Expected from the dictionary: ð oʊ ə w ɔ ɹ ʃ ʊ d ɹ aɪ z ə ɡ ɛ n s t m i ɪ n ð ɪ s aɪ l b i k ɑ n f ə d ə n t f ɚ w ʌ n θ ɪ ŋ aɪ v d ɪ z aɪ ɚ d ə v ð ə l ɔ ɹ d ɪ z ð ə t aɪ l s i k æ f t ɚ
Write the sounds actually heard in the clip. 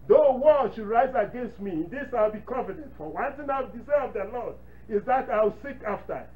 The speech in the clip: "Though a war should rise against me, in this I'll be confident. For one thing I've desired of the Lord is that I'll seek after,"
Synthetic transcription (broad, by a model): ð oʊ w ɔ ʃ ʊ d ɹ aɪ z ə ɡ ɛ n s t m i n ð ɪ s aɪ l b i k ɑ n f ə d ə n t f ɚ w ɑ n t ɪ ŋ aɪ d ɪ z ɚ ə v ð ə l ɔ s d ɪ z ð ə t aɪ w s i k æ f t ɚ